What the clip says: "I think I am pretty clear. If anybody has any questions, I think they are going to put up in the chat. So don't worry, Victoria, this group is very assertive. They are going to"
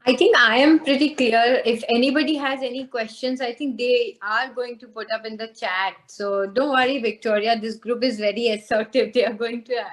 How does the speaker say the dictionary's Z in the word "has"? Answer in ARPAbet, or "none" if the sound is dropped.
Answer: Z